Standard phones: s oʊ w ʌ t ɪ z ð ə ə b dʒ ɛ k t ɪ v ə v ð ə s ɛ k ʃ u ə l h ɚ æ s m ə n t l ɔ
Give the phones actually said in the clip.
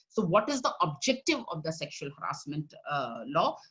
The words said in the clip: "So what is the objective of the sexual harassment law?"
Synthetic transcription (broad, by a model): s oʊ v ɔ t ɪ z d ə ə b dʒ ɛ k t ɪ v ə v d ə s ɛ k ʃ u ə l h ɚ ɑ s m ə n t l ɔ